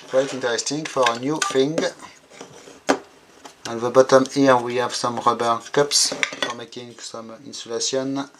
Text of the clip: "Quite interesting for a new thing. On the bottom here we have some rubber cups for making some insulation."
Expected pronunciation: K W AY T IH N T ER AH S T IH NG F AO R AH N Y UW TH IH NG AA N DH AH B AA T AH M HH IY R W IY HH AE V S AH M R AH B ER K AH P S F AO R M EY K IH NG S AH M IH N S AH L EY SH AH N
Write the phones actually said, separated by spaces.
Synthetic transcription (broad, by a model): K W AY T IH N T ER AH S T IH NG F AO R AH N Y UW F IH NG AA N DH AH B AA T AH M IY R W IY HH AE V S AH M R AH B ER K AH P S F AO R M EY K IH NG S AH M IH N S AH L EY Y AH N